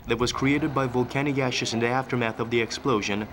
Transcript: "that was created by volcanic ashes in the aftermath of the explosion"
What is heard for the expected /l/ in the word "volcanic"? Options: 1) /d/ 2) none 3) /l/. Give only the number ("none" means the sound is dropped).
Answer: 3